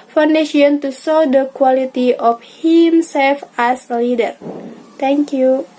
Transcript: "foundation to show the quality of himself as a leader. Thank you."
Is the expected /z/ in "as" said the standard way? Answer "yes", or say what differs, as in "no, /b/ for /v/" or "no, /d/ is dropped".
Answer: no, /s/ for /z/